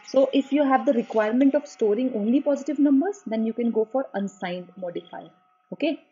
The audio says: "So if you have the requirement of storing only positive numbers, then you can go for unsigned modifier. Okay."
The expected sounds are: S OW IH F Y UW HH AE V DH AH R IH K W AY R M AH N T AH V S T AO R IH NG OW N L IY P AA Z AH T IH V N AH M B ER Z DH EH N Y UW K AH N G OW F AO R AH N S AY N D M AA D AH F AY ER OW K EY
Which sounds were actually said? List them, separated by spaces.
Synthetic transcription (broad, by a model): S OW IH F Y UW HH AE V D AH R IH K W AY R M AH N T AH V S T AO R IH NG OW N L IY P AA Z AH T IH V N AH M B ER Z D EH N Y UW K AH N G OW F AO R AH N S AY N D M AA D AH F AY OW K EY